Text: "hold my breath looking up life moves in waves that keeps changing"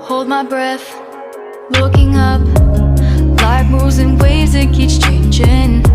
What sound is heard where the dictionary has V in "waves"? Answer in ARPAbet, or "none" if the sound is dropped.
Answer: none